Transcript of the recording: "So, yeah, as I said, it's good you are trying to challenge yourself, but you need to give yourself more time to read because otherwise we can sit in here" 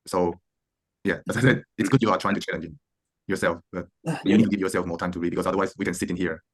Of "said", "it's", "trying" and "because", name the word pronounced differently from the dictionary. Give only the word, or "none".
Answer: because